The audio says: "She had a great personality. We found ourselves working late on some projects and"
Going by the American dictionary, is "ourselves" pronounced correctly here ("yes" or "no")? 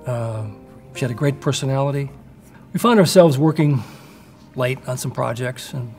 yes